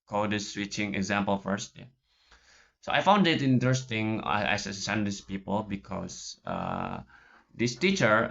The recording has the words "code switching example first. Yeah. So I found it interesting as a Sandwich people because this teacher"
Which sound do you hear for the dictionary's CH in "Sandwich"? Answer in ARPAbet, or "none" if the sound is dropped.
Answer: S